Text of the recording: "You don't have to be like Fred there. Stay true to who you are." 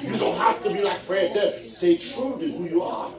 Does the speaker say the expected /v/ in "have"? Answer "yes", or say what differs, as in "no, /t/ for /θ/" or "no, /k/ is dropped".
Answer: no, /f/ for /v/